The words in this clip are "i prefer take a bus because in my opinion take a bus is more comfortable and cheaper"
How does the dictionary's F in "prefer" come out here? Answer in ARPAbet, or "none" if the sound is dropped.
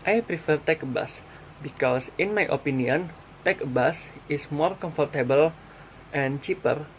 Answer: F